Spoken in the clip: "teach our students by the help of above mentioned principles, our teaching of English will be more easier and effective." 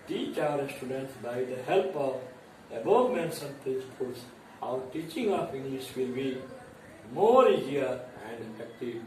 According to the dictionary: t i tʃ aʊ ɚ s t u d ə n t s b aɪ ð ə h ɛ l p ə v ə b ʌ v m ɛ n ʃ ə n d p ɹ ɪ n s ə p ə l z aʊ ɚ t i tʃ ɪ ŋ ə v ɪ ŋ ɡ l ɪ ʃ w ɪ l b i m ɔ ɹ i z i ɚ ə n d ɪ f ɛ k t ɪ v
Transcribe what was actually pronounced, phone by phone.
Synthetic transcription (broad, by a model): t i tʃ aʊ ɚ s t u d ə n t s b aɪ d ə h ɛ l p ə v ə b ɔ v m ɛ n s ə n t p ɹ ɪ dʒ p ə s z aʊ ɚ t i tʃ ɪ ŋ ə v ɪ ŋ ɡ l ɪ ʃ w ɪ l b i m ɔ ɹ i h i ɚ ə n d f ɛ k t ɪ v